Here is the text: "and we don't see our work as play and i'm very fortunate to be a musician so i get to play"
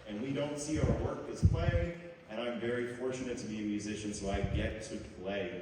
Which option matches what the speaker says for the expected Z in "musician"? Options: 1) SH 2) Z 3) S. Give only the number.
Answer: 2